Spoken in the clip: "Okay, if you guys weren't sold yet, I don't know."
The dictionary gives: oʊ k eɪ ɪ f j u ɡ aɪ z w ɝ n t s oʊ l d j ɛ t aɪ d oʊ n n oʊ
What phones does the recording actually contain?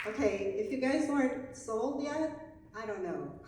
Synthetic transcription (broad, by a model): oʊ k eɪ ɪ f j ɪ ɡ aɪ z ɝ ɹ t s oʊ l d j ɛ aɪ d oʊ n n oʊ